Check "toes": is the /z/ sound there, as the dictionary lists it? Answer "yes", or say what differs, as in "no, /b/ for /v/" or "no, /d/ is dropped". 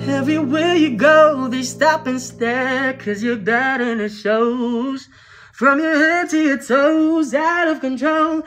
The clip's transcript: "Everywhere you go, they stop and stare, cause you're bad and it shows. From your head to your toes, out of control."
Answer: yes